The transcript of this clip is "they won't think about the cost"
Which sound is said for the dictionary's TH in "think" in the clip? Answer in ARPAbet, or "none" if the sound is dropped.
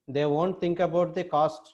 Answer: T